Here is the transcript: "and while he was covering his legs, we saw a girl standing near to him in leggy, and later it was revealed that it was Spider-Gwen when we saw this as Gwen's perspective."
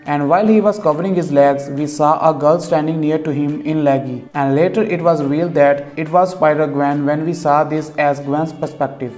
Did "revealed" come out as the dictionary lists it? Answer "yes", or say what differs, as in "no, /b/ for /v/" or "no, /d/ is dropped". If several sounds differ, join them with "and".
no, /v/ is dropped